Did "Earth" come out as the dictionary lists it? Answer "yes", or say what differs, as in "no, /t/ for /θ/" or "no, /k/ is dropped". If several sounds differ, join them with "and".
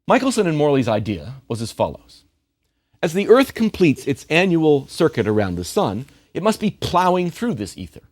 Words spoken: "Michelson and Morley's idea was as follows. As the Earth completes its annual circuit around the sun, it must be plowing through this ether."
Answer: yes